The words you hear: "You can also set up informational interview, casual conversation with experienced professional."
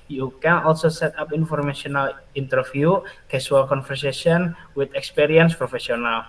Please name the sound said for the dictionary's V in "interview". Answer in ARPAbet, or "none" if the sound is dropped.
F